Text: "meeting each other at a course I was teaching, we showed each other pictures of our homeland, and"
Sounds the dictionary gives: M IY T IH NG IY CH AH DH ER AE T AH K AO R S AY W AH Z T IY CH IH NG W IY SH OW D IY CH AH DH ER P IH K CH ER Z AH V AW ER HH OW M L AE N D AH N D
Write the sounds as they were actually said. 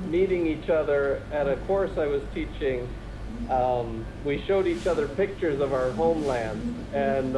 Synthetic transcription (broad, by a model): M IY T IH NG IY CH AH DH ER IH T AH K AO R S AY W AH Z T IY CH IH NG W IY SH OW D IY CH AH DH ER P IH K CH ER Z AH V AW ER HH OW M L AE N D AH N